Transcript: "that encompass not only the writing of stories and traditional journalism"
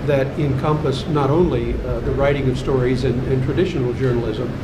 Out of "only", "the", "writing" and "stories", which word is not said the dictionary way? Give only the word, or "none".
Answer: none